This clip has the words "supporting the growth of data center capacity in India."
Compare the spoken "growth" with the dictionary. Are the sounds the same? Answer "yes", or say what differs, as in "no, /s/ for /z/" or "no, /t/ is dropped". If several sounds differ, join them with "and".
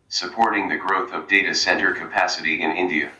yes